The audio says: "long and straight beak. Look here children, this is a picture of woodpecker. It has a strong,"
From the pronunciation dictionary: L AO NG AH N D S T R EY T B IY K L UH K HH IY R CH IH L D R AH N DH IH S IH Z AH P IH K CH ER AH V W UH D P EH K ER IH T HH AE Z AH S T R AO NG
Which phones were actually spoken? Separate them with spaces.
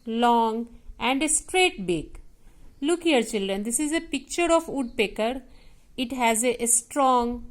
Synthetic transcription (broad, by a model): L AO NG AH N D S T R EY T B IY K L UH K HH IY R CH IH L D R AH N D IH S IH Z AH P IH K CH ER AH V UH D P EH K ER IH T HH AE Z AH S T R AO NG